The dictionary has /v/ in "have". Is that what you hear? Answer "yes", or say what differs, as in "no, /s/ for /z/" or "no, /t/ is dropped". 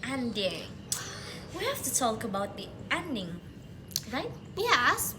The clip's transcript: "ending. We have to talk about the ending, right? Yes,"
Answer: no, /f/ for /v/